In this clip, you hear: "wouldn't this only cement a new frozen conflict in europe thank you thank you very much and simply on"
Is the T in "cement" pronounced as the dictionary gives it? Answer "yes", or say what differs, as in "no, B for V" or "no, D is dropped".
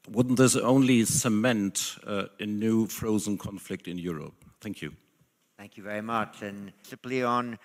yes